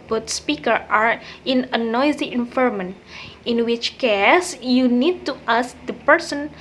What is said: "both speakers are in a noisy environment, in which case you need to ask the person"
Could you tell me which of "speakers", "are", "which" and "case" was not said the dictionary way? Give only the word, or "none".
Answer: speakers